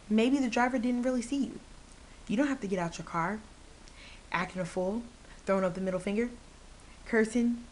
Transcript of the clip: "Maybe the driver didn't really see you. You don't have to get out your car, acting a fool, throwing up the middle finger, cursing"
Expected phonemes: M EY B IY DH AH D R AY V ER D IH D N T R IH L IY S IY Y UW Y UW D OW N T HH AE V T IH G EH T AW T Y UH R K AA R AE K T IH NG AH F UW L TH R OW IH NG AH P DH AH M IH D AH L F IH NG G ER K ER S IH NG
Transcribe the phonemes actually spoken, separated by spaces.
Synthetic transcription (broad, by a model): M EY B IY DH AH D R AY V ER D IH D N T R IH L IY S IY Y UW Y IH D OW N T HH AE F T IH G EH T AW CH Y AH R K AA R AE K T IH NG AH F UW L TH R OW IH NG AH P DH AH M IH D L F IH NG G ER K ER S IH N